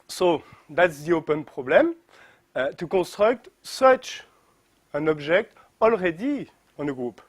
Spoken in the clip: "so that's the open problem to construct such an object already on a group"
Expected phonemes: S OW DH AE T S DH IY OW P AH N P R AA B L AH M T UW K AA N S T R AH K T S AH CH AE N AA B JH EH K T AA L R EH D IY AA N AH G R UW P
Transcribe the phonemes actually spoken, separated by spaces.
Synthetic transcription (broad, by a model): S OW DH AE T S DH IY OW P AH N P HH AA B L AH M T UW K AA S T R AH K T S AH CH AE N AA B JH EH K T AA L R EH D IY AA N AH G R UW P